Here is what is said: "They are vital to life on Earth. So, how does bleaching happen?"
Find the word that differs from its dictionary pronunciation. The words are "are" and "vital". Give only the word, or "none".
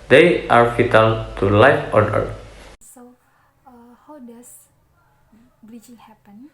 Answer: vital